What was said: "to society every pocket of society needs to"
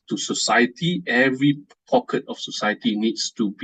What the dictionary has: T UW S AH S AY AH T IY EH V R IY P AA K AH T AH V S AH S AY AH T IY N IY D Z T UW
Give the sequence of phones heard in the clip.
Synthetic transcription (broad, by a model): T UW S AH S AY AH T IY EH V R IY P AA K AH T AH F S AH S AY AH T IY N IY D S T UW